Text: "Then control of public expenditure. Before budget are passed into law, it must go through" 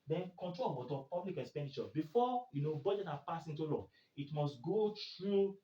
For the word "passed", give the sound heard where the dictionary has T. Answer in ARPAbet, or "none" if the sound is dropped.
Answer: none